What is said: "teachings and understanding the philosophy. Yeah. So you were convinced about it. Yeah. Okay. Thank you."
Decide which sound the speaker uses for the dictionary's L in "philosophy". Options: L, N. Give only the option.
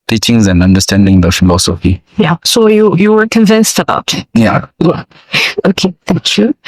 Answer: N